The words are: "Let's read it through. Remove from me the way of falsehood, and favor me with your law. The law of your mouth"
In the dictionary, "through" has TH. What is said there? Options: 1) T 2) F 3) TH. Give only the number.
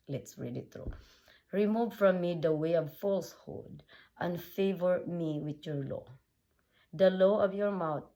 1